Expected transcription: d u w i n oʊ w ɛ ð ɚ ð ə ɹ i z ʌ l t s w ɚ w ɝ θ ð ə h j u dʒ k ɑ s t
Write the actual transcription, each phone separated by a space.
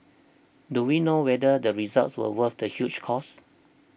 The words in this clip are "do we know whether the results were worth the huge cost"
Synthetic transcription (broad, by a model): d u w i n oʊ w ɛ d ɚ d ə ɹ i z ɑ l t s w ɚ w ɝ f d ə h j u tʃ k ɑ s